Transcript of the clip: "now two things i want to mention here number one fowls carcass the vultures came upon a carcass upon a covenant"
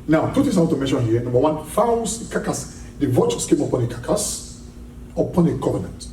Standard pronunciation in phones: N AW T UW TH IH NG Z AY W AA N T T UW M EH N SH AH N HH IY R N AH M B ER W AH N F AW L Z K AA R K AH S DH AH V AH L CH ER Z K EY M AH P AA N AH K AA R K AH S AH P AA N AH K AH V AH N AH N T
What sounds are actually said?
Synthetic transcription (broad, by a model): N AW T UW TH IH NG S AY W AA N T T UW M EH N SH AH N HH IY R N AH M B ER W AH N F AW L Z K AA K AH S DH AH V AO CH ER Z K EY M AH P AA N AH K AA K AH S AH P AA N AH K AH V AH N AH N T